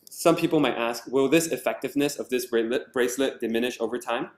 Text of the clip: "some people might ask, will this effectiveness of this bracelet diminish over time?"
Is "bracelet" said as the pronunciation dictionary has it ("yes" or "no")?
yes